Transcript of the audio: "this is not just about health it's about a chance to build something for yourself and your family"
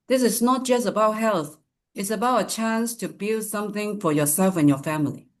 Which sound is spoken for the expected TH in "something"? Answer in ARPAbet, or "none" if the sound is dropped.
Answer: TH